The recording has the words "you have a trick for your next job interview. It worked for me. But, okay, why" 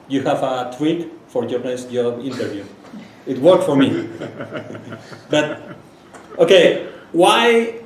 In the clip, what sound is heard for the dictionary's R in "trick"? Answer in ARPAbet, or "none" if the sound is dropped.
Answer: W